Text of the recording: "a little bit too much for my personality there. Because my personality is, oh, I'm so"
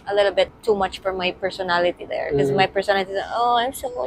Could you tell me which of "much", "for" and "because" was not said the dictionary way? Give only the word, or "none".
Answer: because